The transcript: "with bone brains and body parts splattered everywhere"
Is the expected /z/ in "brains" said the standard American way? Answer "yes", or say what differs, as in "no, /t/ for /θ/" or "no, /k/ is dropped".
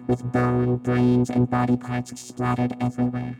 yes